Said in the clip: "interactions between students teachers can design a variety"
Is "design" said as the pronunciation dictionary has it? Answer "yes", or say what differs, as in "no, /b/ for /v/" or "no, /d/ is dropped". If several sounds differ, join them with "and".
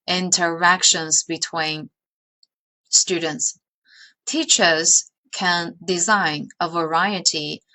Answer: yes